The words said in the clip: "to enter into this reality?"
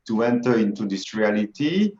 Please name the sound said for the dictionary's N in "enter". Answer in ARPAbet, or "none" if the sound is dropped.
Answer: N